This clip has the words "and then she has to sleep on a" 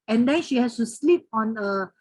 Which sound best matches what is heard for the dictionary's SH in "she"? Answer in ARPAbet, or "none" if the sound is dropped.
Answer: SH